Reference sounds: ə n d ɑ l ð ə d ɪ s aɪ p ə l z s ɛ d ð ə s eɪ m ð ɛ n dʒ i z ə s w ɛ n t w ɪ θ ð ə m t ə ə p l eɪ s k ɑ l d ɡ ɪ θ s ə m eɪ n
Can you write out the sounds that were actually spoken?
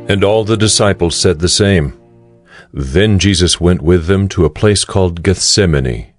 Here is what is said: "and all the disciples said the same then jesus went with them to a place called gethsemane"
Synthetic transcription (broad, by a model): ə n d ɑ l ð ə d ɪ s aɪ p l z s ɛ d ð ə s eɪ m ð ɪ n dʒ i z ə s w ɛ n t w ɪ ð ə m t ə ə p l eɪ s k ɑ l d ɡ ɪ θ s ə m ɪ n